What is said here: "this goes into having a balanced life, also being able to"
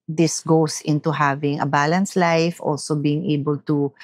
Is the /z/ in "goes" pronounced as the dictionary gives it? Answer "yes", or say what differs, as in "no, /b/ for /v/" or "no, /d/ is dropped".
no, /s/ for /z/